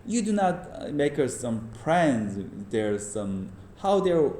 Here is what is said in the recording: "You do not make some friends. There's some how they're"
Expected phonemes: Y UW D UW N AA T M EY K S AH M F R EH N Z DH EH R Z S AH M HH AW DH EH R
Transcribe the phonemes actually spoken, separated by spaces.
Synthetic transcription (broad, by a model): Y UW D UW N AA T M EY K S AH M P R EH N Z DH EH R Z S AH M HH AW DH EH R